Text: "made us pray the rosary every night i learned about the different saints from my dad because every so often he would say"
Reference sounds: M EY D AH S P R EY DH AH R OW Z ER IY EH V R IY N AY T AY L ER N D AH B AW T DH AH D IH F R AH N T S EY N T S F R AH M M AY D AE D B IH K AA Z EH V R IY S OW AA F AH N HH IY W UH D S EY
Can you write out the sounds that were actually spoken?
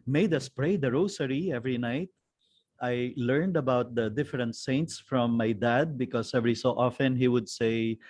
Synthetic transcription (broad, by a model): M EY D AH S P R EY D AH R OW S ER IY EH V R IY N AY T AY L ER N D AH B AW T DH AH D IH F R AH N T S EY N T S F R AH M M AY D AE D B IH K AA S EH V R IY S OW AA F AH N HH IY W UH D S EY